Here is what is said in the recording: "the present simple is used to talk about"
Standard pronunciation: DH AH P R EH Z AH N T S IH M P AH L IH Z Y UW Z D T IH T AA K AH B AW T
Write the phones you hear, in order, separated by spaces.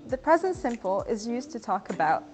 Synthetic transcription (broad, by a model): DH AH P R EH Z AH N T S IH M P AH L IH Z Y UW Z T IH T AA K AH B AW T